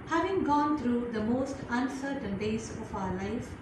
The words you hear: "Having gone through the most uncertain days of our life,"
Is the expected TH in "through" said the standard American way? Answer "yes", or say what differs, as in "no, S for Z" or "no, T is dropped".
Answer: no, T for TH